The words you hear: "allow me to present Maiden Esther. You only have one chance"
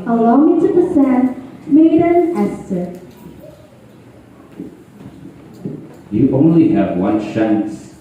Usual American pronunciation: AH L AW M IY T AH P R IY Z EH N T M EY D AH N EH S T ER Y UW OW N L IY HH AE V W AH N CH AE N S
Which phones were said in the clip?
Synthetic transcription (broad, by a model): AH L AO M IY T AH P IY S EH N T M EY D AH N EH S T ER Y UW OW N L IY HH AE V W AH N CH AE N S